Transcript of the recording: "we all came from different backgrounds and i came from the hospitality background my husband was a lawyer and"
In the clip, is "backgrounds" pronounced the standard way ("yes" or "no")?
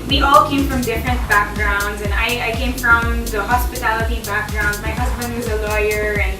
yes